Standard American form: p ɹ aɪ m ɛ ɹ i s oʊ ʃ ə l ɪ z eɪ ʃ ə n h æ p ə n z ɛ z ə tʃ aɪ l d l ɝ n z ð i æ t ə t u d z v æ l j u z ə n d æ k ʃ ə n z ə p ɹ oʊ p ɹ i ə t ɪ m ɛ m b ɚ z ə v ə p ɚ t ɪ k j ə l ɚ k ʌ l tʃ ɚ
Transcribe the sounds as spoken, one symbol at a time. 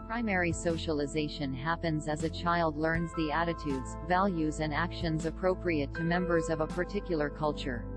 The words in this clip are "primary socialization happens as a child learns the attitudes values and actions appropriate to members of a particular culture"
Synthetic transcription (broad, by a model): p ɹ aɪ m ɛ ɹ i s oʊ ʃ ə l ɪ z eɪ ʃ ə n h æ p ə n z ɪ z ə tʃ aɪ l d l ɝ n z ð i æ t ə t u d z v æ l j u z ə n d æ k ʃ ə n z ə p ɹ oʊ p ɹ i ə t ɪ m ɛ m b ɚ z ə v ə p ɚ t ɪ k j l ɚ k ʌ l tʃ ɚ